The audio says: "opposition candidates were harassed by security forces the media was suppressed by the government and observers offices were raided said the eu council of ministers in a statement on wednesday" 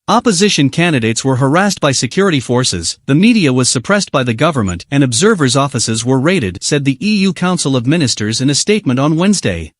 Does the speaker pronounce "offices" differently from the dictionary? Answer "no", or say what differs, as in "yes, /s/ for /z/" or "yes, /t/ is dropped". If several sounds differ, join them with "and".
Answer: no